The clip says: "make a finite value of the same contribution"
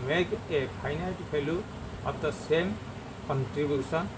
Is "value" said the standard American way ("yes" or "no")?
no